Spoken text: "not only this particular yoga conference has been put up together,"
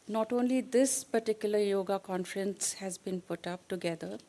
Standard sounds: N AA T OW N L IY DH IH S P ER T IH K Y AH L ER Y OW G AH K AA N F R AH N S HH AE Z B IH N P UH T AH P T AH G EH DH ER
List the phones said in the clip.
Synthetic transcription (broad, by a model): N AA T OW N L IY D IH S P ER T IH K Y AH L ER Y OW G AH K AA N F R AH N S HH AE Z B IH N P UH T AH P T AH G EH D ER